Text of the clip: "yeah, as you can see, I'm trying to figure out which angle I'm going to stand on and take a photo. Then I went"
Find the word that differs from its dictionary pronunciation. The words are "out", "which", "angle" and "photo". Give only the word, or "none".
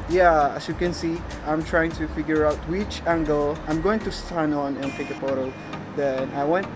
photo